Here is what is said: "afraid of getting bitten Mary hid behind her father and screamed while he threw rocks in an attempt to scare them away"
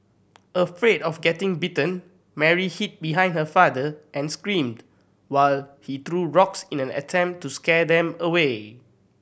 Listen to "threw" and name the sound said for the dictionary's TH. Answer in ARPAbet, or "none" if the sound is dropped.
T